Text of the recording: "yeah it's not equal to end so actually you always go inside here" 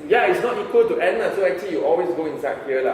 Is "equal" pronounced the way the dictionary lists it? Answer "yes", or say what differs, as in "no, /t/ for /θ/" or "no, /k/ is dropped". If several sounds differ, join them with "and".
yes